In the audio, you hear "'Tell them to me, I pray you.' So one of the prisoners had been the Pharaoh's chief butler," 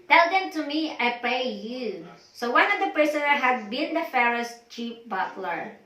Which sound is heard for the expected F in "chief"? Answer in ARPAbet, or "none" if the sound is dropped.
P